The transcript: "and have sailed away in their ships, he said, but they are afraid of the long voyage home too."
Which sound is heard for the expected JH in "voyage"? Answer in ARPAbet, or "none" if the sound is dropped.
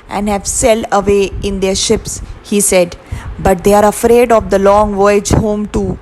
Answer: JH